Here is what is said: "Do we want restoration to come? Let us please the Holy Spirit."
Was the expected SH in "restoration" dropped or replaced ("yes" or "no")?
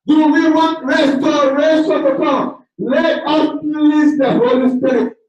yes